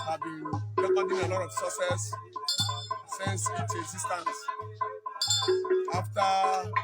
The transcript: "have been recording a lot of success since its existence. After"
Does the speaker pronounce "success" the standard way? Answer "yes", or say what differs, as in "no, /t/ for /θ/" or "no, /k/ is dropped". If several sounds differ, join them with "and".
no, /k/ is dropped